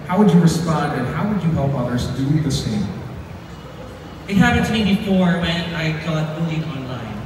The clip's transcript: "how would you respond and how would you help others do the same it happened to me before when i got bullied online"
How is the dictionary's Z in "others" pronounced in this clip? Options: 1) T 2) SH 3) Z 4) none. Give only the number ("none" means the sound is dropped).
3